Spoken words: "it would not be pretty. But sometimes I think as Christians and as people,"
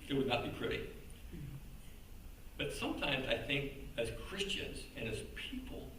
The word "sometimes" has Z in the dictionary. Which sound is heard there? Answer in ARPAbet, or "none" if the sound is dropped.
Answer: Z